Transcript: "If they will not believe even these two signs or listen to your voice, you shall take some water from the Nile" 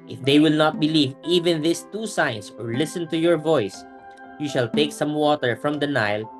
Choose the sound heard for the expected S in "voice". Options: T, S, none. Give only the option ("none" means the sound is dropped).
S